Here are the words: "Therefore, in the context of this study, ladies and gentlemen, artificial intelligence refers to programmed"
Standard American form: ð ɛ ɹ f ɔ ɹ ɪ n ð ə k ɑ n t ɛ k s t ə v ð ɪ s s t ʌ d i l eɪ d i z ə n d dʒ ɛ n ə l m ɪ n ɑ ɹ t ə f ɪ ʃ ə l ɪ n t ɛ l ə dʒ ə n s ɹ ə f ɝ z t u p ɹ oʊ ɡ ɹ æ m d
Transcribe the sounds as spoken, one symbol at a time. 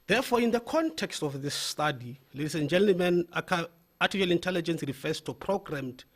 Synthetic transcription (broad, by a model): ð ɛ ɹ f ɔ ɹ ɪ n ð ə k ɑ n t ɛ k s t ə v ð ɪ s s t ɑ d i l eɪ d i s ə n dʒ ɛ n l m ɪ n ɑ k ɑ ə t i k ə l ɪ n t ɛ l ə dʒ ə n s ɹ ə f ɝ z t u p ɹ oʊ ɡ ɹ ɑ m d